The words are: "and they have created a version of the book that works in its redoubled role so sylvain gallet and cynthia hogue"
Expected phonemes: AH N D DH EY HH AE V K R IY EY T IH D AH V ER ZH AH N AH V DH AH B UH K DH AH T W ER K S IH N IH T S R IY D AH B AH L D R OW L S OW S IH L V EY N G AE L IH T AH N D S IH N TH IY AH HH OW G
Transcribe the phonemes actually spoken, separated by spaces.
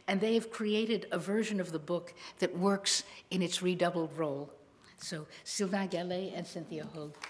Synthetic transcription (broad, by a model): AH N DH EY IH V K R IY EY T IH D AH V ER ZH AH N AH V DH AH B UH K DH AH T W ER K S IH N IH T S R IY D AH B L D R OW L S OW S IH L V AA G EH L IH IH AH N S IH N TH IY AH HH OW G